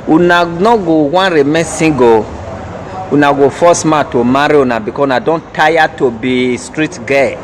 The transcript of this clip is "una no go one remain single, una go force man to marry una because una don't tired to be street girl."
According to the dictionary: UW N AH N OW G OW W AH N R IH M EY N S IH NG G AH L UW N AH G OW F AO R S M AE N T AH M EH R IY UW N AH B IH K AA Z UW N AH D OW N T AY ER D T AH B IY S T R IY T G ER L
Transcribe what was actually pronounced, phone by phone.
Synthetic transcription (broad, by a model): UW N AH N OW G OW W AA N R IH M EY S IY G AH UW N AH G OW F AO S M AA T AH M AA R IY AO N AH B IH K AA UW N AH D OW N T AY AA T AH B IY S T R IY T G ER